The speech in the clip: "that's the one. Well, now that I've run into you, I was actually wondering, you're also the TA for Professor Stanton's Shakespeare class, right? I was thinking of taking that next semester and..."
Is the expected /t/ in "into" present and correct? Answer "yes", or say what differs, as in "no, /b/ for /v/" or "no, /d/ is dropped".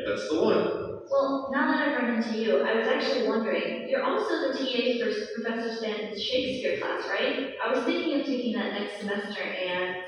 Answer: yes